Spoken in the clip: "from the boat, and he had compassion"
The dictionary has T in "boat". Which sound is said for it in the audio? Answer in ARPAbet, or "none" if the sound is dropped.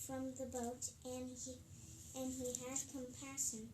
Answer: T